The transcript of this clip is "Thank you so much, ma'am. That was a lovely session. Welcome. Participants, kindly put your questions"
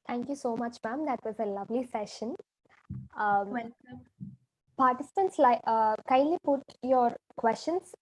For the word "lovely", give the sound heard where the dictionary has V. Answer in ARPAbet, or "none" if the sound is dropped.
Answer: V